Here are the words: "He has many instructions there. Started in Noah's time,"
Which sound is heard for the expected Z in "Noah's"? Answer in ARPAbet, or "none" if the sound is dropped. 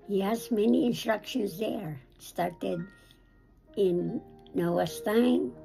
S